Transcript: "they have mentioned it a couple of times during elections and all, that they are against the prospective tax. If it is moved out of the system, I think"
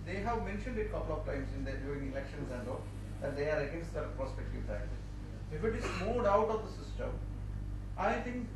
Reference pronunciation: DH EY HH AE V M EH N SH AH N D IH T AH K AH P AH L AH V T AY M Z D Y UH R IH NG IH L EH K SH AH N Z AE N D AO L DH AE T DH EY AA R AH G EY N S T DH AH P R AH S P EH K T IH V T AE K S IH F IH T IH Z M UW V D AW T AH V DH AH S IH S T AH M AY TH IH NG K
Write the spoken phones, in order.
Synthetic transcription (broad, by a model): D EY HH AE V M EH N SH AH N D IH T K AH P AH L AH V T AY M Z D Y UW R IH NG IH L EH K SH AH N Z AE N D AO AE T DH EY AA R AH G EY N S T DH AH P R AH S P EH K T IH V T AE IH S IH F IH T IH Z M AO D AW T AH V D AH S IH S T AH M AY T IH NG K